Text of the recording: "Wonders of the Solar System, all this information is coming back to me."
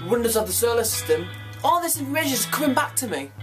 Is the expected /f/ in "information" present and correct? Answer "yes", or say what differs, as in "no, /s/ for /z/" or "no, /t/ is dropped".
no, /f/ is dropped